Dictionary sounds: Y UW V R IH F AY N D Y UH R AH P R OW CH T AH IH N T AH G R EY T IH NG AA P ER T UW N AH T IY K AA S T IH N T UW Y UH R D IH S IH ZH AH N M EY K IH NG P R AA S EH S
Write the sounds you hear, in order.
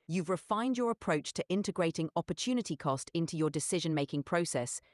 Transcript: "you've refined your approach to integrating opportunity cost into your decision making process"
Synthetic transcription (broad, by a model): Y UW V R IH F AY N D Y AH R AH P R OW CH T AH IH N T AH G R EY T IH NG AA P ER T UW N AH T IY K AA S T IH N T UW Y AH D IH S IH ZH AH N M EY K IH NG P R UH S EH S